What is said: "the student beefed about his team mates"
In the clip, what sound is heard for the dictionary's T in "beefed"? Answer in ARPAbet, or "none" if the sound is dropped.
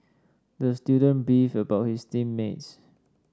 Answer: none